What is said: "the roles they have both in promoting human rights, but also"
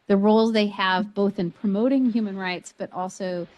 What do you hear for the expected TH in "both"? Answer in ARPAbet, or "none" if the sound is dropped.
TH